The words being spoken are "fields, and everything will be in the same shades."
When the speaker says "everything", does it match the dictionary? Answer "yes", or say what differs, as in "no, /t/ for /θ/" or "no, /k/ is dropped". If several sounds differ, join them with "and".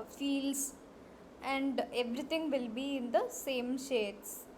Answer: no, /t/ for /θ/